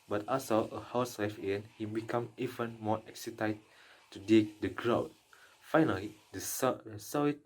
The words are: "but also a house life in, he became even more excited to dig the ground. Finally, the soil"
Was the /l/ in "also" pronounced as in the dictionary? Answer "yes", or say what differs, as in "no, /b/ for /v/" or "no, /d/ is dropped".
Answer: no, /l/ is dropped